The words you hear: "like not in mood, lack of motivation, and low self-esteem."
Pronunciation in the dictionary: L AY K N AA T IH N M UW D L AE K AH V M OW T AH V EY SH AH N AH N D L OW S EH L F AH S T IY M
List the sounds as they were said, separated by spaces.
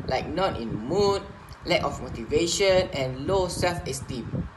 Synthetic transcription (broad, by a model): L AY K N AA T IH N M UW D L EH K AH F M OW T AH V EY SH AH N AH N L OW S EH L F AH S T IY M